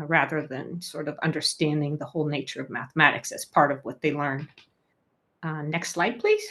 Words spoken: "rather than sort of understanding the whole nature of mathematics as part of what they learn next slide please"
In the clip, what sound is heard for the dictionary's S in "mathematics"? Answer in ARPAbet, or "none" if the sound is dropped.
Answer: S